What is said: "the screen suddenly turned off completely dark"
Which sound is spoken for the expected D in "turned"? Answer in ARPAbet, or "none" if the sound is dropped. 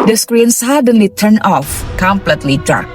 none